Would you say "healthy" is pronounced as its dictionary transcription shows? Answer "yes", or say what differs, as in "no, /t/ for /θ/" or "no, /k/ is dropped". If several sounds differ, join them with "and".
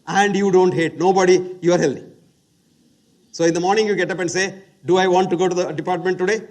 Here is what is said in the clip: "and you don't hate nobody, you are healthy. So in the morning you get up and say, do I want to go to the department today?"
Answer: no, /t/ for /θ/